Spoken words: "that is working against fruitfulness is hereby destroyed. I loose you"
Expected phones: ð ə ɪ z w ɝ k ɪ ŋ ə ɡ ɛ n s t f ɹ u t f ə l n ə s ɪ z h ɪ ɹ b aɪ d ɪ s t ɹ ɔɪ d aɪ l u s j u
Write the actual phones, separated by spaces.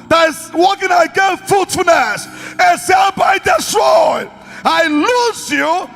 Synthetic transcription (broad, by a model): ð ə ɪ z w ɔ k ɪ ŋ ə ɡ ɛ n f u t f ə n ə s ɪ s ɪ l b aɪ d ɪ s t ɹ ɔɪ aɪ l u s j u